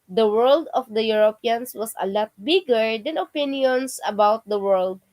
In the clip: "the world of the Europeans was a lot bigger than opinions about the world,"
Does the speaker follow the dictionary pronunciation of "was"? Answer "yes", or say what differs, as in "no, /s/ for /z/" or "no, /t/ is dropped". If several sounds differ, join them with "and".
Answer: no, /s/ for /z/